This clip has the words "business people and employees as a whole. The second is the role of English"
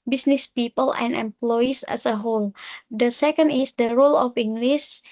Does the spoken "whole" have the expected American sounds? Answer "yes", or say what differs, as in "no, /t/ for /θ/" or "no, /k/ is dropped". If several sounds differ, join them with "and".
yes